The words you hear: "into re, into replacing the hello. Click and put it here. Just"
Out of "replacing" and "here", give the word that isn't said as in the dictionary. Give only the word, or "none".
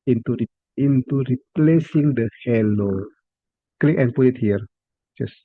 none